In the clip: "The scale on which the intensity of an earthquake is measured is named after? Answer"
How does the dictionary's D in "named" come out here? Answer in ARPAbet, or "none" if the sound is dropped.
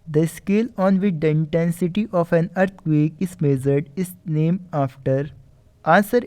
none